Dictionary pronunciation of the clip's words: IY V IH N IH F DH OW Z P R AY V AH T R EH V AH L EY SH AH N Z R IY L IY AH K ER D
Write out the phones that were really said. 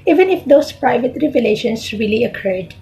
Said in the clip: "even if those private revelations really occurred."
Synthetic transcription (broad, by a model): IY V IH N IH F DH OW S P R AY V AH T R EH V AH L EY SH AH N S R IY L IY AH K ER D